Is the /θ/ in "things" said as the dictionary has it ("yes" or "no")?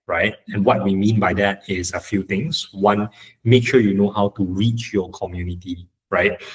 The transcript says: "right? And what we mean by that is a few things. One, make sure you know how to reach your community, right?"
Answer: no